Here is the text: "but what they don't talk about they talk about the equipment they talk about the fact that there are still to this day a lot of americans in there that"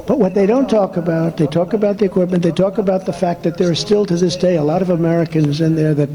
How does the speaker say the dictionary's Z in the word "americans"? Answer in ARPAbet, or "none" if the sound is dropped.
Z